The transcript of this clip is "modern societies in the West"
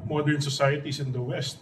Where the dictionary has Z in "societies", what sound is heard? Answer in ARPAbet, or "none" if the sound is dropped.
S